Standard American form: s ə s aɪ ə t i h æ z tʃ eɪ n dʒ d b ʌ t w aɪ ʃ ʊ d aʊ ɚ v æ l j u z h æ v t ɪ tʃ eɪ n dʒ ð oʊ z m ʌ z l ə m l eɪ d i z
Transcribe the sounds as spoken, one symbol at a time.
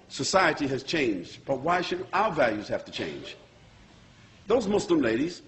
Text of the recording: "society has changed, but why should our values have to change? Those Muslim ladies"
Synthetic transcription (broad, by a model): s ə s aɪ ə t i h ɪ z tʃ eɪ n dʒ d b ʌ t w aɪ ʃ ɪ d aʊ ɚ v æ l j u z h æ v t ɪ tʃ eɪ n dʒ ð oʊ z m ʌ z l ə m l eɪ d i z